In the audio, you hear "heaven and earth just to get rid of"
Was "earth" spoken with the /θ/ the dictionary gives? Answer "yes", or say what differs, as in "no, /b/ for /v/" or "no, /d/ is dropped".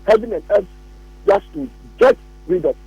no, /s/ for /θ/